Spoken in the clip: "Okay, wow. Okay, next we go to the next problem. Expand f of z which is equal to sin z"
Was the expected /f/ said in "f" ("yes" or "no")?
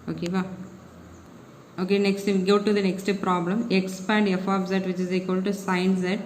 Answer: yes